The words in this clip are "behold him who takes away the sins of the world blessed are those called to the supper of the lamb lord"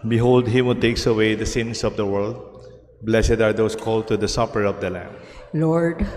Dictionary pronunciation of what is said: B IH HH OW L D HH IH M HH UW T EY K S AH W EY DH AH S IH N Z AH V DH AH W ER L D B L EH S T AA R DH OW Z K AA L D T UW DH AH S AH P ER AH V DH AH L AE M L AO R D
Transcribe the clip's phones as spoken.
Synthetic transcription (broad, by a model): B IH HH OW L D HH IH M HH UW T EY K S AH W EY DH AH S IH N S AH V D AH W ER L D B L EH S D AA R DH OW S K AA L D T UW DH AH S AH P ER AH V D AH L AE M L AO R D